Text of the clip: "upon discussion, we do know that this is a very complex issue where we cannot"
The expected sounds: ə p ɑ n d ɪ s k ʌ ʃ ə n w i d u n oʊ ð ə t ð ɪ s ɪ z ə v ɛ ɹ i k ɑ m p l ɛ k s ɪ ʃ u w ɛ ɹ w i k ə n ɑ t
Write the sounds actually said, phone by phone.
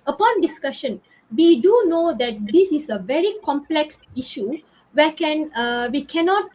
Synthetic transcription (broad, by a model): ə p ɑ n d ɪ s k ʌ ʃ ə n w i d u n oʊ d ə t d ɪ s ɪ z ə v ɛ ɹ i k ɑ m p l ɛ k s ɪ ʃ u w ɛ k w i k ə n ɑ t